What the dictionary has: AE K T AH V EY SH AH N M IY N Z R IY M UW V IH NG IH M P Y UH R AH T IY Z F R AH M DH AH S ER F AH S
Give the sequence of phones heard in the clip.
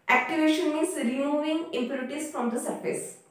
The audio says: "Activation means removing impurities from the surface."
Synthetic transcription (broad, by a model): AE K T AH V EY SH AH N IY Z R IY M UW V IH NG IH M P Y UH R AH T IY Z F R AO M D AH S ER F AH S